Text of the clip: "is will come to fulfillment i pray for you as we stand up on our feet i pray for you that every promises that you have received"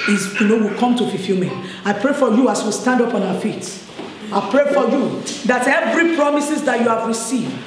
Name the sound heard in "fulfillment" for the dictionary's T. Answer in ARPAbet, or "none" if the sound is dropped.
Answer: none